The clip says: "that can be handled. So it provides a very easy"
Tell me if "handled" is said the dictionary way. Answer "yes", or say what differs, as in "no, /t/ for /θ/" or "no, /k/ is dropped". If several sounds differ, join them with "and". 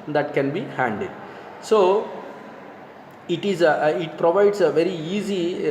no, /l/ is dropped